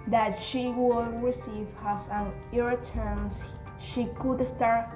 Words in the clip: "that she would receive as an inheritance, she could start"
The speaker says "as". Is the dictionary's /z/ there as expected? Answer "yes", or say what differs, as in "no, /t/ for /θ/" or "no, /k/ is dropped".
no, /s/ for /z/